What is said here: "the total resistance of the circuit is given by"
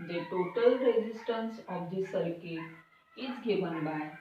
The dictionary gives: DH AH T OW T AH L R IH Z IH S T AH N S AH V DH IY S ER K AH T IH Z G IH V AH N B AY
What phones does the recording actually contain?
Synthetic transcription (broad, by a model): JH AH T OW T AH L R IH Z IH S T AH N S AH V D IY S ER K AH IH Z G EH B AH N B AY